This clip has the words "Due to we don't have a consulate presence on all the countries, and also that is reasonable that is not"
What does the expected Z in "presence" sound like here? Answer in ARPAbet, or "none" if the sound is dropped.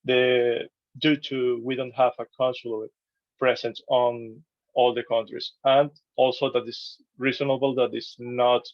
S